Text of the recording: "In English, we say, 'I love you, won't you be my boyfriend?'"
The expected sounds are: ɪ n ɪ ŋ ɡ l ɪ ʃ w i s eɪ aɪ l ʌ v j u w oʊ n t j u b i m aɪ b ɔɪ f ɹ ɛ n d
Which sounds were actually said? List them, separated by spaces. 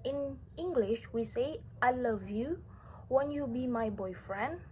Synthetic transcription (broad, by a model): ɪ n ɪ ŋ ɡ l ɪ ʃ w i s eɪ aɪ l ʌ v j u w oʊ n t j u b i m aɪ b ɔɪ f ɹ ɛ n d